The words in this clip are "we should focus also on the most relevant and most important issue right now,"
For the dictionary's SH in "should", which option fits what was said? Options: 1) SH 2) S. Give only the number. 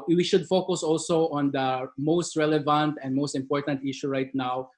1